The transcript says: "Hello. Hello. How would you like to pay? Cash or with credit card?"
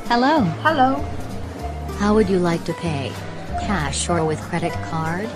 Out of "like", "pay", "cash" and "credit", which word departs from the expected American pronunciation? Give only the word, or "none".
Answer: none